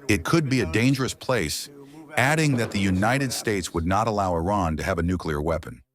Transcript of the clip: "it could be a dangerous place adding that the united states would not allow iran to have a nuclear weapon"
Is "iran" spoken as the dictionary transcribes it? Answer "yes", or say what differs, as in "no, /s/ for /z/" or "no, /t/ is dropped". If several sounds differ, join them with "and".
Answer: yes